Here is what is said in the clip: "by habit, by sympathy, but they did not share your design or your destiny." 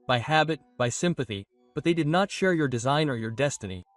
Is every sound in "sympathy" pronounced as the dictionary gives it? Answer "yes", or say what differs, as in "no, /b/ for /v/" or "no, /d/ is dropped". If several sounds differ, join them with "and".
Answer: yes